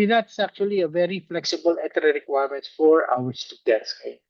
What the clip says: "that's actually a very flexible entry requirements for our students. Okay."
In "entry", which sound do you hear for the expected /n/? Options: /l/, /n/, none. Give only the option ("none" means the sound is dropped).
none